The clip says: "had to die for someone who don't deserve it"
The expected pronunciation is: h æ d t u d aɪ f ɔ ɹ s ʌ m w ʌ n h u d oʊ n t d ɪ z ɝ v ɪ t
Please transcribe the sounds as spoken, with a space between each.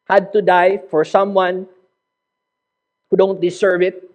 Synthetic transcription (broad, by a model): h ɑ d t u d aɪ f ɔ ɹ s ʌ m w ʌ n h u d oʊ n t d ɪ s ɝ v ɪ t